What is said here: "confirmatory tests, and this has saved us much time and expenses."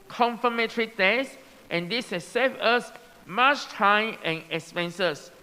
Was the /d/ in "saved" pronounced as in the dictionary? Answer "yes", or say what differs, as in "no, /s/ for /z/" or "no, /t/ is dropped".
no, /d/ is dropped